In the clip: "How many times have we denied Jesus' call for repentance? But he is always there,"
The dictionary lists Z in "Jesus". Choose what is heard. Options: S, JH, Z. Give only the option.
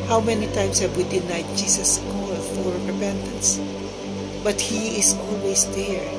S